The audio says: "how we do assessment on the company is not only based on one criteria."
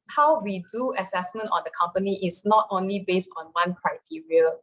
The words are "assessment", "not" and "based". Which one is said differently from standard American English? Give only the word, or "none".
none